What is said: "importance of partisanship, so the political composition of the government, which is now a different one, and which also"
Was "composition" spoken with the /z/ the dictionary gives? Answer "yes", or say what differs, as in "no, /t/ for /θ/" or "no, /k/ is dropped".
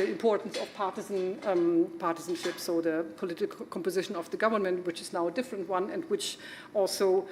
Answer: yes